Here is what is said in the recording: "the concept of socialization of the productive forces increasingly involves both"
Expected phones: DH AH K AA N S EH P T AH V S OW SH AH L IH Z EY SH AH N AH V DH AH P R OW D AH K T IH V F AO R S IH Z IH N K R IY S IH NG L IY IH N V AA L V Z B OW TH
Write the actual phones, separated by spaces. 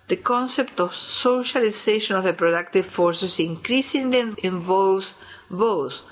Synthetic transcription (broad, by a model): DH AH K AA N S EH P T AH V S OW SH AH L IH S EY SH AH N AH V DH AH P R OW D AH K T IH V F AO R S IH S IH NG K R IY S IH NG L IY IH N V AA L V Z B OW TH